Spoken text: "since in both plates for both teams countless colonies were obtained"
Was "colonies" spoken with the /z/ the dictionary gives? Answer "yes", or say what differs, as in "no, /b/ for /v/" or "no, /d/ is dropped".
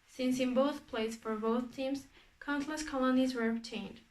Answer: yes